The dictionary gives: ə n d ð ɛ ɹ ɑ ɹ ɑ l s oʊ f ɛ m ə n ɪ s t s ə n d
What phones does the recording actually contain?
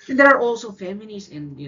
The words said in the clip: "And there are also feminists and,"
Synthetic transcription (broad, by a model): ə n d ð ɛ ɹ ɑ ɹ ɑ l s oʊ f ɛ m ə l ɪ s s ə n